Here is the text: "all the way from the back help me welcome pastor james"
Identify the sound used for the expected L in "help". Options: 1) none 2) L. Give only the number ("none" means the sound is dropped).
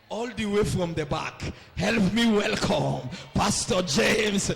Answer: 2